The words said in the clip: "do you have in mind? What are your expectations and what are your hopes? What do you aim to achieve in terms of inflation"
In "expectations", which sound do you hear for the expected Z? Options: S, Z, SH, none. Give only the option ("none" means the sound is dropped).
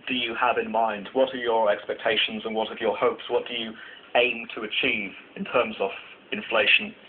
Z